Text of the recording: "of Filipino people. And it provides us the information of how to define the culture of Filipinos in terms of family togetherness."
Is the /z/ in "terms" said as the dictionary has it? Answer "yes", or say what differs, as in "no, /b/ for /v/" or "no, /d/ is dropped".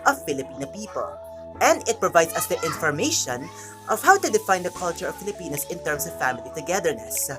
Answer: no, /s/ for /z/